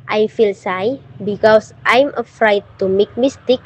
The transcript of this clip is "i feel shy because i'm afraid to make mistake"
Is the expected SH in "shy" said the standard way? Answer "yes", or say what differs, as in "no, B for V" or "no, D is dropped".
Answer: no, S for SH